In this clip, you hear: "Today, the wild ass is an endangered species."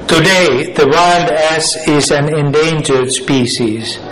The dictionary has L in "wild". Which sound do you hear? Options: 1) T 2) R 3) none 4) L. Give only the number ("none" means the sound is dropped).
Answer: 4